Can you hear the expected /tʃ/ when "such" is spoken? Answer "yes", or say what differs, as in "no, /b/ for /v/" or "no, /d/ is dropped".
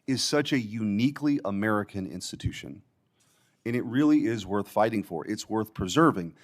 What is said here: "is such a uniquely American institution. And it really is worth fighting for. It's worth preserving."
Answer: yes